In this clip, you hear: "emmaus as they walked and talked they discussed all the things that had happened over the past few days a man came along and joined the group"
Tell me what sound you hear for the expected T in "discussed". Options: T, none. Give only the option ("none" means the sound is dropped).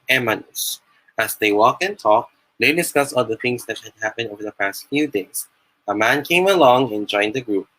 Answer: none